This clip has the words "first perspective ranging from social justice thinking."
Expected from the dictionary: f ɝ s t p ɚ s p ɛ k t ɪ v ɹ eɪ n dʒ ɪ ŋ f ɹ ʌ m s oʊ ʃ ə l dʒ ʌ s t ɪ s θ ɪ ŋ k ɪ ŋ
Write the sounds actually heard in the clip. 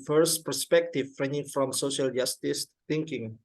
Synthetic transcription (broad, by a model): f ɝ s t p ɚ s p ɛ k t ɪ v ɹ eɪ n ɪ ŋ f ɹ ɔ m s oʊ ʃ ə l dʒ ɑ s t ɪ s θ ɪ ŋ k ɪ ŋ